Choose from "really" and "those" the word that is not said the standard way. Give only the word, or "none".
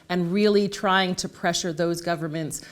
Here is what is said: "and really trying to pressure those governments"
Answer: none